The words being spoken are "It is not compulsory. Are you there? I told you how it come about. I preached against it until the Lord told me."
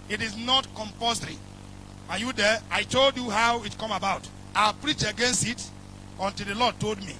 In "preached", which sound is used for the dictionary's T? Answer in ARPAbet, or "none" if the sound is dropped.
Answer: none